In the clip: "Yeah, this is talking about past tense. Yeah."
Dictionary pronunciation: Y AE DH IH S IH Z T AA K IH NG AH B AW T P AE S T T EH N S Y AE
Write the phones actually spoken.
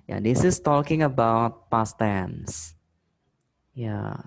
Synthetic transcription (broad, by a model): Y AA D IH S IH S T AA K IH NG AH B AW T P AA S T T EH N S Y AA